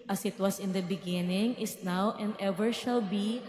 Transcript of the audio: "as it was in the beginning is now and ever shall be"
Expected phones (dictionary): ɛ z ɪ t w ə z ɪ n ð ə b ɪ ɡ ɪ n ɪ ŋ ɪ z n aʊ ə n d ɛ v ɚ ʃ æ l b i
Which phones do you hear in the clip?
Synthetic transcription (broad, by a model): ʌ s ɪ t w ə s ɪ n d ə b ɪ ɡ ɪ n ɪ ŋ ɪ s n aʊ ə n d ɛ v ɚ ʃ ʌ l b i